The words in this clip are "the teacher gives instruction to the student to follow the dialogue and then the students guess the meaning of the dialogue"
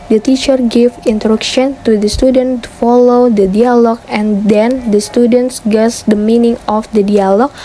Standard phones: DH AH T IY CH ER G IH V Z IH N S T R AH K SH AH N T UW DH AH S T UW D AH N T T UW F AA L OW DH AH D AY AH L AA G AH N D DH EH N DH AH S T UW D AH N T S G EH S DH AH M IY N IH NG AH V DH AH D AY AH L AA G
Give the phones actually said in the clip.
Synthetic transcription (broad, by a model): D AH T IY CH ER G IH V IH N T R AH K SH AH N T UW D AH S T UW D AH N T T UW F AA L OW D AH D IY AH L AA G AH N D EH N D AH S T UW D AH N T S G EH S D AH M IY N IH NG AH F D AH D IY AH L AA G